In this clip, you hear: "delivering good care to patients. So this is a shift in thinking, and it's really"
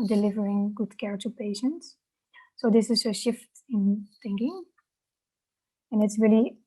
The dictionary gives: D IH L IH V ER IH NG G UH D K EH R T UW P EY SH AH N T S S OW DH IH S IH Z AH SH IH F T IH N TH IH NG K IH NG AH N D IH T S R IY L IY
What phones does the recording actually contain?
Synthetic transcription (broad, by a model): D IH L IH V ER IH NG G UH D K EH R T UW P EY SH AH N T S S OW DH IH S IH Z AH SH IH F T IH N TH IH NG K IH NG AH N IH T S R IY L IY